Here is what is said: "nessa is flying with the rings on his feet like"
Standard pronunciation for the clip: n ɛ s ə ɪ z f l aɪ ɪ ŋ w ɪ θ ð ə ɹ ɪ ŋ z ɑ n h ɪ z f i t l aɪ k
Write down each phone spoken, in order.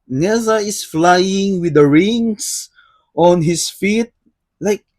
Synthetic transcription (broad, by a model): n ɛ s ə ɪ s f l aɪ ɪ ŋ w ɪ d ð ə ɹ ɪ ŋ s ɑ n h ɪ s f i t l aɪ k